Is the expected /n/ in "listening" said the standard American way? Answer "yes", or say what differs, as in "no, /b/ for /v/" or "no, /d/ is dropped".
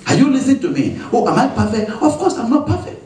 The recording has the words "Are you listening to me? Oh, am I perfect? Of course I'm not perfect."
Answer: no, /n/ is dropped